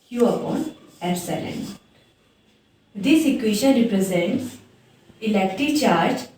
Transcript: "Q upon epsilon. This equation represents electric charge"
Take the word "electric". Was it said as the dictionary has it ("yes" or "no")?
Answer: no